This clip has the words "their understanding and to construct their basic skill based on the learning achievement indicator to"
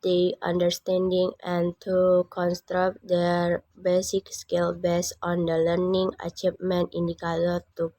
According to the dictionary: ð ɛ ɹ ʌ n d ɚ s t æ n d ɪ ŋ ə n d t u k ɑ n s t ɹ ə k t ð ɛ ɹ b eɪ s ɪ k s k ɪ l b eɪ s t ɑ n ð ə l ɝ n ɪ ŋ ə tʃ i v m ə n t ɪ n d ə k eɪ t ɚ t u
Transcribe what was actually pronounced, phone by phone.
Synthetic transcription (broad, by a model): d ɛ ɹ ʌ n d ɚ s t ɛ n d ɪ ŋ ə n t u k ɑ n s t ɹ ə k t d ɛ ɹ b eɪ s ɪ k s k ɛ l b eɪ s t ɑ n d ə l ɝ n ɪ ŋ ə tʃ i p m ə n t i n d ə k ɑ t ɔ t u